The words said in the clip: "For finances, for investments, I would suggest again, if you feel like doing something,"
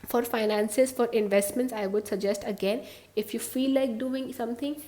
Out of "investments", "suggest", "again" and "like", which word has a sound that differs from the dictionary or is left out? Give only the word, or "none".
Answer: none